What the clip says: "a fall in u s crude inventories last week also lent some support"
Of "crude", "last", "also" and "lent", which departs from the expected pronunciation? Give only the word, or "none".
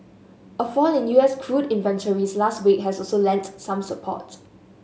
none